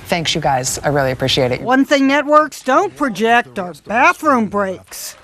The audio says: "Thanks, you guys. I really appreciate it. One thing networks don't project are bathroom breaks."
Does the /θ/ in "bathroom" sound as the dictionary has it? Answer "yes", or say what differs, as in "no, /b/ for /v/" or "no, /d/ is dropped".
yes